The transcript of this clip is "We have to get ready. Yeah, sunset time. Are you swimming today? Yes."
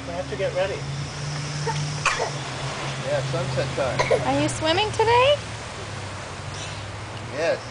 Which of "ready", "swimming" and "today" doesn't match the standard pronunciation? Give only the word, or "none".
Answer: none